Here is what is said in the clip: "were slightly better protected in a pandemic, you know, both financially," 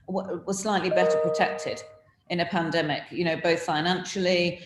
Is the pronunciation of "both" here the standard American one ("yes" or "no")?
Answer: yes